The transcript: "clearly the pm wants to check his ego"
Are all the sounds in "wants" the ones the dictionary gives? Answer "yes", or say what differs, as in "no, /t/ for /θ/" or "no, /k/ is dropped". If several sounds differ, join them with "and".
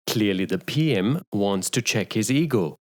yes